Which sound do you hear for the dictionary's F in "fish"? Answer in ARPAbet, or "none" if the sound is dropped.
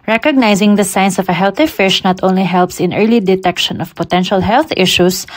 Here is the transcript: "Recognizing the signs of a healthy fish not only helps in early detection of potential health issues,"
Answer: F